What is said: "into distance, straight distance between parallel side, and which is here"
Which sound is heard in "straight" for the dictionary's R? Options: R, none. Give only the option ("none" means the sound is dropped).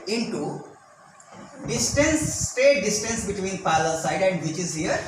none